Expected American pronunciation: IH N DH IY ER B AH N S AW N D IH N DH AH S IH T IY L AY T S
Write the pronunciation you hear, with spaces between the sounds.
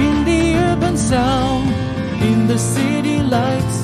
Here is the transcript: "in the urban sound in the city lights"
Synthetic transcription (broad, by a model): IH N DH IY ER B AH N S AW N IH N DH AH S IH T IY L AY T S